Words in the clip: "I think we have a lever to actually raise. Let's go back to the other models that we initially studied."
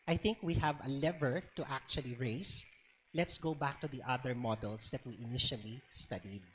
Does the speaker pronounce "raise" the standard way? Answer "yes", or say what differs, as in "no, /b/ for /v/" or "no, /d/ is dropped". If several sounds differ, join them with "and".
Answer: no, /s/ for /z/